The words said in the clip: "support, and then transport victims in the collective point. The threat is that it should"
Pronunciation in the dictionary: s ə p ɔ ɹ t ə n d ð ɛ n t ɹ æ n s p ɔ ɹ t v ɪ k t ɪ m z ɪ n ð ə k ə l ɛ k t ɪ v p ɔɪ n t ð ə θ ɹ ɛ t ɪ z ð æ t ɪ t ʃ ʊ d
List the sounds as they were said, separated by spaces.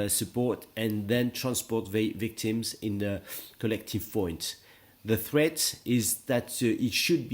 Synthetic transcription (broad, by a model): s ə p ɔ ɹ t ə n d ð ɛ n t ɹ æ n s p ɔ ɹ t v ɪ k t ɪ m z ɪ n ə k ə l ɛ k t ɪ v p ɔɪ n t ð ə θ ɹ ɛ t ɪ z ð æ t ɪ t ʃ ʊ d